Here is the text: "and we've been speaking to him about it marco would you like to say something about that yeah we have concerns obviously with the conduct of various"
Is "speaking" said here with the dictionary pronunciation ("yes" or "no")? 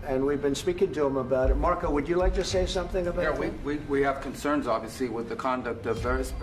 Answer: yes